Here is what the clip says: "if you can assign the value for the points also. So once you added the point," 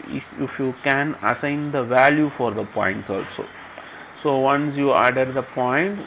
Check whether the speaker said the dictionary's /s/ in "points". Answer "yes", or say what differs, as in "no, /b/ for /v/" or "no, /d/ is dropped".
no, /s/ is dropped